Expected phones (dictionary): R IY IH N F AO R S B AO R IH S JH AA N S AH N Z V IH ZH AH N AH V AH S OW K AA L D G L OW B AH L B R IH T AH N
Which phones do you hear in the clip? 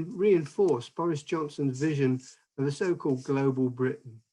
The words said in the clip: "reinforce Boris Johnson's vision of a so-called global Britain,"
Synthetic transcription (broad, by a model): R IY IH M F AO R S B AO R IH S JH AA N S AH N Z V IH ZH AH N AH V AH S OW K AA L D G L OW B AH L B R IH T N